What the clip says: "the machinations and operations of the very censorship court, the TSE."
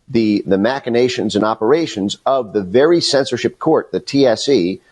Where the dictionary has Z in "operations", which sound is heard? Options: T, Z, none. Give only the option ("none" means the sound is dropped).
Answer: Z